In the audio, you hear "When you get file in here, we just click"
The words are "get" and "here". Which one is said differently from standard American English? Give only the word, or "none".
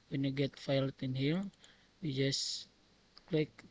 here